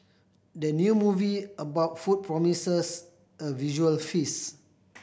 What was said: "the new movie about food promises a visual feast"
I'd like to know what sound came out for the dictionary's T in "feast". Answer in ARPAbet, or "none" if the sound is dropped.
none